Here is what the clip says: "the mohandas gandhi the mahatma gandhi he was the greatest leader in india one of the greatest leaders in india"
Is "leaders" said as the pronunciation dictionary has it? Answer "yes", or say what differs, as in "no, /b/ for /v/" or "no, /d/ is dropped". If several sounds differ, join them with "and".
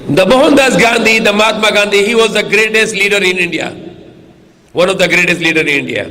no, /z/ is dropped